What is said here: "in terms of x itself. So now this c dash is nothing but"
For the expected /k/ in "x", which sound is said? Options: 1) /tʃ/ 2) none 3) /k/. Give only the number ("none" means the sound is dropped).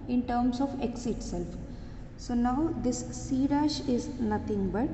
3